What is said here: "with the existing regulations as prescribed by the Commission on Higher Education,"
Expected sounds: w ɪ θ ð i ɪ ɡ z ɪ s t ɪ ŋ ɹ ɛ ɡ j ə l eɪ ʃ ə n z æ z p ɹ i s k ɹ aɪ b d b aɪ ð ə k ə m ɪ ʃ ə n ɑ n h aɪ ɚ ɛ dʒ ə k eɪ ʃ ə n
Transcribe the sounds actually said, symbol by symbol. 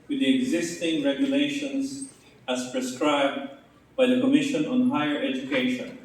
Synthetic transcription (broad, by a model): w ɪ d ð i ɪ ɡ z ɪ s t ɪ ŋ ɹ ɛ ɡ j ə l eɪ ʃ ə n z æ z p ɹ i s k ɹ aɪ b d b aɪ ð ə k ə m ɪ ʃ ə n ɑ n h aɪ ɚ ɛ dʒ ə k eɪ ʃ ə n